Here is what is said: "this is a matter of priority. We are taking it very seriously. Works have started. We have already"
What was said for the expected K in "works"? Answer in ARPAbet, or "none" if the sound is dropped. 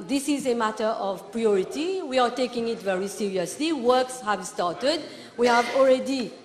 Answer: K